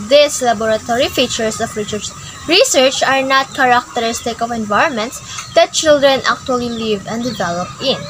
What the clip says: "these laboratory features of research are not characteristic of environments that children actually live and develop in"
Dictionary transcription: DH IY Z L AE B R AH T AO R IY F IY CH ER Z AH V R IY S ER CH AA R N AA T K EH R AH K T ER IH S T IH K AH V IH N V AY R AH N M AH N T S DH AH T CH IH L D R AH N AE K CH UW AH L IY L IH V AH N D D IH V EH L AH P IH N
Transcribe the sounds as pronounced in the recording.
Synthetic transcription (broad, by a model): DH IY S L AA B R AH T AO R IY F IY CH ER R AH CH R IY S ER CH AA R N AA T K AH R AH K T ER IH S T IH K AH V IH N V AY R AH N M AH N T S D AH T CH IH L D R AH N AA K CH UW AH L IY L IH V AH N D D IH V EH L AH P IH N